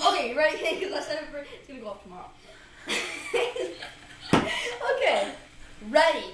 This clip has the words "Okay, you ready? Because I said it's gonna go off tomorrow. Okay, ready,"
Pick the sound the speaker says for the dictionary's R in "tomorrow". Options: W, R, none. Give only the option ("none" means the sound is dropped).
R